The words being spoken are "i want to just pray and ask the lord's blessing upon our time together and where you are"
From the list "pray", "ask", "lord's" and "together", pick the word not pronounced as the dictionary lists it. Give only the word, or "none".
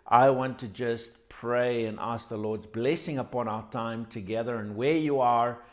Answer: none